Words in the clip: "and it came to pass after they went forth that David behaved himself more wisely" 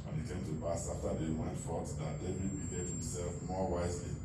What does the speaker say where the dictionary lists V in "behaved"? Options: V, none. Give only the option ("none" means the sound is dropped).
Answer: none